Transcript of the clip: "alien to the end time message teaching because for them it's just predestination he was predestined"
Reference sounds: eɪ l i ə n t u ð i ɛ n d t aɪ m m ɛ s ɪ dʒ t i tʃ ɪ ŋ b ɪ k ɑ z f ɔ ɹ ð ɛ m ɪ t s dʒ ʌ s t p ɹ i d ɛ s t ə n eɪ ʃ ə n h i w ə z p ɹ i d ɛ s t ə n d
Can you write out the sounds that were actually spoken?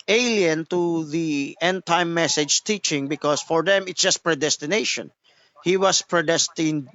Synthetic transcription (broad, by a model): eɪ l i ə n t u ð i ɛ n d t aɪ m m ɛ s ɪ dʒ t i tʃ ɪ ŋ b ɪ k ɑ s f ɔ ɹ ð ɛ m ɪ t s dʒ ʌ s t p ɹ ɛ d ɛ s t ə n eɪ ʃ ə n h i w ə s p ɹ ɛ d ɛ s t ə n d